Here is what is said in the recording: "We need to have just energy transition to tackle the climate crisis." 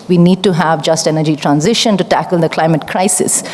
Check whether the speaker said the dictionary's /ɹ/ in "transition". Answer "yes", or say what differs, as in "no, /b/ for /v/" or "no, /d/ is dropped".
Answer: yes